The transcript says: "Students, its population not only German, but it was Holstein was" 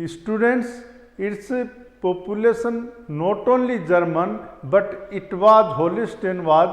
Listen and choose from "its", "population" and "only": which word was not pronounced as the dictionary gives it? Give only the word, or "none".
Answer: population